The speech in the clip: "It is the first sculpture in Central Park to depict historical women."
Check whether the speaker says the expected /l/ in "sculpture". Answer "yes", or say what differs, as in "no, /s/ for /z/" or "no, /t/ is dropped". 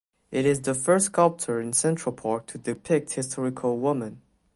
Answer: yes